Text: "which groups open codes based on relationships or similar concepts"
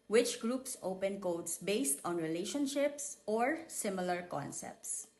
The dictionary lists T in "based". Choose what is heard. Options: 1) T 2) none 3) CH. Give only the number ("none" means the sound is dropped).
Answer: 1